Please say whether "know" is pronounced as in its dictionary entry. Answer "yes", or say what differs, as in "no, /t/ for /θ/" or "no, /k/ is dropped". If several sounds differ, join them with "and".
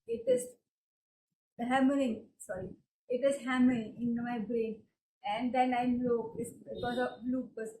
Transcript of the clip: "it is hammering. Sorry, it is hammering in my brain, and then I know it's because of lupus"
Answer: no, /l/ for /n/